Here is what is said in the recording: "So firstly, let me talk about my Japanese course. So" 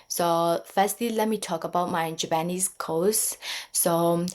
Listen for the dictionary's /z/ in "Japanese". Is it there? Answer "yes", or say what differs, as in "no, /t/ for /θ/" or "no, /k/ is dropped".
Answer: no, /s/ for /z/